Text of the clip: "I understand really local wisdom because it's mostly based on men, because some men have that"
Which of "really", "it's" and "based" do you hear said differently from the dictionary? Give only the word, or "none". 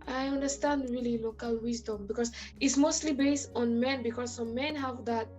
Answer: none